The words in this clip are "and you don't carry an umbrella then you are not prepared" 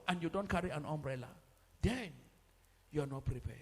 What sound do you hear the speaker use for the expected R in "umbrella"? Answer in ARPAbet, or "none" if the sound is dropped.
R